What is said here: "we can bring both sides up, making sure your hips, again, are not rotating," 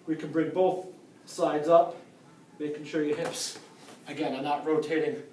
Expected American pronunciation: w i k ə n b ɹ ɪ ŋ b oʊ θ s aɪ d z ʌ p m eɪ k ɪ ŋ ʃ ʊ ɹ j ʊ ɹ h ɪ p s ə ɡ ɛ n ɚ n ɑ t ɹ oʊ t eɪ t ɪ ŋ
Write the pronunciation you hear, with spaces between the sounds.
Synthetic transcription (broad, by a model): w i k ə n b ɹ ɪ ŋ b oʊ θ s aɪ d z ʌ p m eɪ k ɪ ŋ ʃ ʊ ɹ j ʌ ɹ h ɪ p s ə ɡ ɛ n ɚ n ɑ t ɹ oʊ t eɪ t ɪ ŋ